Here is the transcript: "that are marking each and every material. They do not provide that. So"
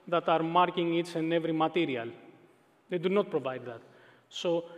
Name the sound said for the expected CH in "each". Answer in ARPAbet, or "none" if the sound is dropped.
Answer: S